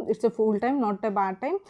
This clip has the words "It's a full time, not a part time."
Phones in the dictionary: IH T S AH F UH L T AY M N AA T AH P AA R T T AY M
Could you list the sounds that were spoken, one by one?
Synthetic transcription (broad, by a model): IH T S AH F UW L T AY M N AA T AH B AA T T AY M